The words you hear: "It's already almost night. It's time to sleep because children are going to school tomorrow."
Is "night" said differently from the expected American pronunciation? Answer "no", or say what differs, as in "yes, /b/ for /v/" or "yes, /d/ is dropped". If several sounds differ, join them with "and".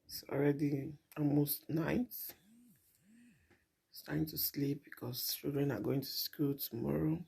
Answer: yes, /t/ is dropped